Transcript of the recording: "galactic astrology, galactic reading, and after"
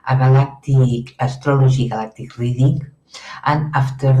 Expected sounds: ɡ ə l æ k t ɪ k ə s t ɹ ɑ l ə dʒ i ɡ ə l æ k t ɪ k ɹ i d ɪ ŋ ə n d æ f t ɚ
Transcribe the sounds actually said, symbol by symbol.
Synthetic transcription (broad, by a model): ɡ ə l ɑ k t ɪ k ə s t ɹ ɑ l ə ʒ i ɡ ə l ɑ k t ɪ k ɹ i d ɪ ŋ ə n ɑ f t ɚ